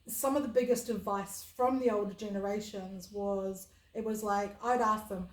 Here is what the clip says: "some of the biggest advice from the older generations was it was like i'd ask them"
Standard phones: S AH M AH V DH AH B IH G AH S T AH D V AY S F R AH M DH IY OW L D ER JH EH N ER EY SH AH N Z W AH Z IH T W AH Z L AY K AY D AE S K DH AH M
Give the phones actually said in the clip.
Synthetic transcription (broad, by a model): S AH M AH V DH AH B IH G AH S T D V AY S F R AH M DH IY OW L D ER JH EH N ER EY SH AH N Z W AH Z IH T W AH Z L AY K AY D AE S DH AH M